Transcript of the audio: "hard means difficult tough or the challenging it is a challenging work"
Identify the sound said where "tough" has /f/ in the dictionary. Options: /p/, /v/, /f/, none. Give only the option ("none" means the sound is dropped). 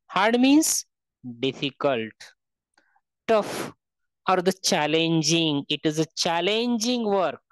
/f/